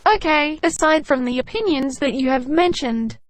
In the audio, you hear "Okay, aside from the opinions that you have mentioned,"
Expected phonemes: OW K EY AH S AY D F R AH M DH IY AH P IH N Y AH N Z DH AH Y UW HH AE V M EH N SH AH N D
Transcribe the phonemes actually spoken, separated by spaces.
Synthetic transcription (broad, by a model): OW K EY AH S AY D F R AH M DH IY AH P IH N Y AH N Z DH AH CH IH V M EH N SH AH N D